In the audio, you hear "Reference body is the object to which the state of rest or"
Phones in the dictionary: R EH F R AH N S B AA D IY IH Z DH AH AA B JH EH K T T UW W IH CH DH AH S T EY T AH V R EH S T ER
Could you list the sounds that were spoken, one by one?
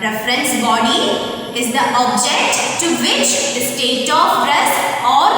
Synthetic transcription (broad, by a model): R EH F R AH N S B AA D IY IH Z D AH AA B JH EH K T T UW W IH CH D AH S T EY T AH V R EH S AO